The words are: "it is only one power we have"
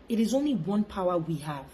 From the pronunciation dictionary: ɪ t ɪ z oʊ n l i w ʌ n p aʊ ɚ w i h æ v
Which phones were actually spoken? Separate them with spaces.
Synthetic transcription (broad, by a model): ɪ t ɪ z oʊ n l i w ʌ n p aʊ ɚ w i h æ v